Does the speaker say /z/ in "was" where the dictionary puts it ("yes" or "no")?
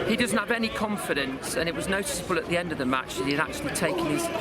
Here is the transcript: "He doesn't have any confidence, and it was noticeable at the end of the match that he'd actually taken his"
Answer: yes